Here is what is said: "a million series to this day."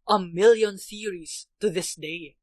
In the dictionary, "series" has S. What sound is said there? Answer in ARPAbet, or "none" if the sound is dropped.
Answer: TH